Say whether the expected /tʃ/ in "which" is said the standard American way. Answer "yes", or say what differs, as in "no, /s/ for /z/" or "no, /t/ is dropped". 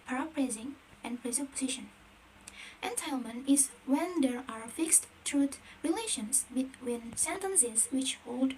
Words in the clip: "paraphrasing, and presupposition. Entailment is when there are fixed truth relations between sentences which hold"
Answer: yes